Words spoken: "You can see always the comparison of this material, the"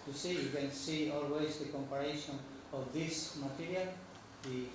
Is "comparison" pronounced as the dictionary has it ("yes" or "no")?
no